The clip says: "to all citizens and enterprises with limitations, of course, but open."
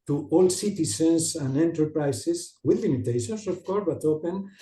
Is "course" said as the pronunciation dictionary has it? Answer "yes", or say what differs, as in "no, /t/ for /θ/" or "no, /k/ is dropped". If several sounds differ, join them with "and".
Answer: no, /s/ is dropped